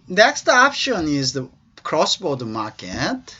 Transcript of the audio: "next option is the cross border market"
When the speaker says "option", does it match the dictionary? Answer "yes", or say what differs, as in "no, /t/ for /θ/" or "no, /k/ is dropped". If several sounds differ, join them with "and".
yes